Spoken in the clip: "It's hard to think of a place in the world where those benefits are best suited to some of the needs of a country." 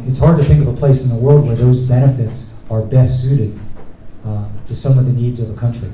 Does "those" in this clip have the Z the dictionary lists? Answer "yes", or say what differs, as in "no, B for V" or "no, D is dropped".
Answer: yes